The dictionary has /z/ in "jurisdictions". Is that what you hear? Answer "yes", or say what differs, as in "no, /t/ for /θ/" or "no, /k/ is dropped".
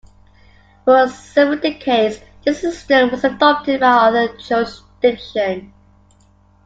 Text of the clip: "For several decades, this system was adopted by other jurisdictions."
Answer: no, /z/ is dropped